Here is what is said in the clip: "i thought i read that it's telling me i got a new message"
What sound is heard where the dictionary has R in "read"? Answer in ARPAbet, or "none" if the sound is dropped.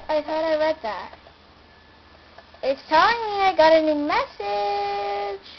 W